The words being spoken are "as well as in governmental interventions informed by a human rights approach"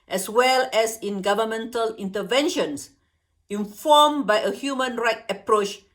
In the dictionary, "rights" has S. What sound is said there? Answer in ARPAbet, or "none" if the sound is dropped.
none